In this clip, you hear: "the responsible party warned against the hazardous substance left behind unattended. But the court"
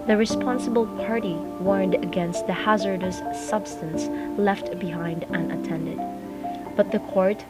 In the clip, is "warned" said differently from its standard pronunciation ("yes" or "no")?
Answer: no